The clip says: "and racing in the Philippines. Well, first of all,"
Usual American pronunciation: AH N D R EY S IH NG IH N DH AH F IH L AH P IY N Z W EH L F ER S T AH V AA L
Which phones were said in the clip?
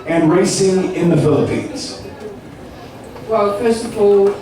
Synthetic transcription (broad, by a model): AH N R EY S IH NG IH N DH AH F IH L AH P IY N Z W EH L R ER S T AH P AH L